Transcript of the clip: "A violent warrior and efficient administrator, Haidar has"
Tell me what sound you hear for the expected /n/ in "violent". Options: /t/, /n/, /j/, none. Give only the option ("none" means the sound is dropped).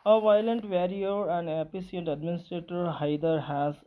/n/